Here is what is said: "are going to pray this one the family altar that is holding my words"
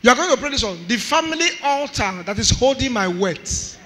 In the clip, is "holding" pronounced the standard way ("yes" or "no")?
yes